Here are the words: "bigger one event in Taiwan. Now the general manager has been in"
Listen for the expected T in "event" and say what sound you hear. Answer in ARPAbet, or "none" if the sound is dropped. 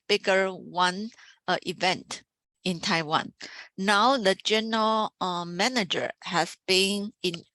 T